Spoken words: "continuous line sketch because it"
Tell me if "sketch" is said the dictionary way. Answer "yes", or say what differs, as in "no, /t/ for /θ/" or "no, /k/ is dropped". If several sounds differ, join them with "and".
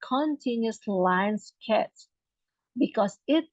no, /s/ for /tʃ/